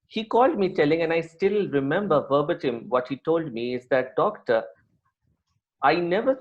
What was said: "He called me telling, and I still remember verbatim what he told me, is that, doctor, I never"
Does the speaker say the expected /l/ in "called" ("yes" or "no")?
yes